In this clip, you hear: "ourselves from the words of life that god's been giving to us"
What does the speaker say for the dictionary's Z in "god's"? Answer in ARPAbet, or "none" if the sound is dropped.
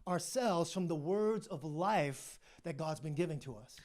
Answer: Z